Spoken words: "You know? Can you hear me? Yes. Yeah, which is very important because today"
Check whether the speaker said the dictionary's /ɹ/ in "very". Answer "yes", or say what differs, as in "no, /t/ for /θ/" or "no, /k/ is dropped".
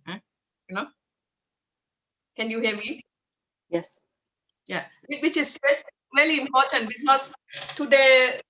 no, /l/ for /ɹ/